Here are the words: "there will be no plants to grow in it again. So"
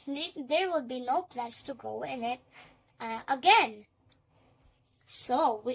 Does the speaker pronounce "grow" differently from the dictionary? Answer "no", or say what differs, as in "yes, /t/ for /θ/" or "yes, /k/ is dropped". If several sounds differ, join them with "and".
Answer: yes, /ɹ/ is dropped